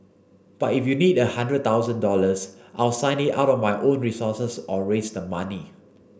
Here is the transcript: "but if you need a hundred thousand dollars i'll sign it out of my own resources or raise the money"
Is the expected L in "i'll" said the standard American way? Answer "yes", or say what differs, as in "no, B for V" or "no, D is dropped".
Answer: yes